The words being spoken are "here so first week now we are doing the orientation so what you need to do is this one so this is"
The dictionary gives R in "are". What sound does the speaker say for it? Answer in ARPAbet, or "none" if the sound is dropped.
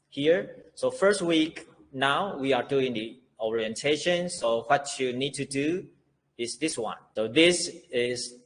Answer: R